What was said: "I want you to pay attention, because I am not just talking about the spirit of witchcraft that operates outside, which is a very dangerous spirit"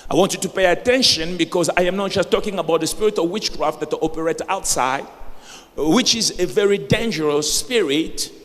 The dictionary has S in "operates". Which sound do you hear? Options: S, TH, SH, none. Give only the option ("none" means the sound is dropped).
none